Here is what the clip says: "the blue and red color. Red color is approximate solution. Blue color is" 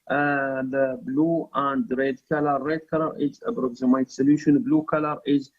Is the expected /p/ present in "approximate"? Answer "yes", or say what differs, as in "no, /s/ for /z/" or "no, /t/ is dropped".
no, /b/ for /p/